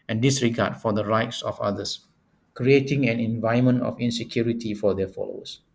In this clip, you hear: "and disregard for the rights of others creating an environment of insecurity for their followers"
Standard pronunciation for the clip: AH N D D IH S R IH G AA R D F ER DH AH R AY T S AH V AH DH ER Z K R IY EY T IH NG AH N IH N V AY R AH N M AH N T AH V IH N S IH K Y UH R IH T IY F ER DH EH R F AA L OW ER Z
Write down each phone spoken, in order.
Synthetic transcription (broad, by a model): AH N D D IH S R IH G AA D F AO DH AH R AY T S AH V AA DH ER S K R IY EY T IH NG AH N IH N V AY AH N M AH N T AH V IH N S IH K Y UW R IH T IY F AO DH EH F AA L OW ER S